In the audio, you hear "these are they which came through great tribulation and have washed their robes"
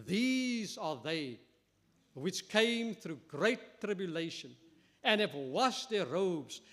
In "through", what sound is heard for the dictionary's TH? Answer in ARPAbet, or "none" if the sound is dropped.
TH